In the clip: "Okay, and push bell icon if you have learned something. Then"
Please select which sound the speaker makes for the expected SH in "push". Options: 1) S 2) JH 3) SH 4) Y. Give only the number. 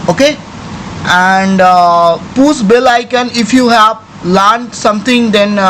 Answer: 1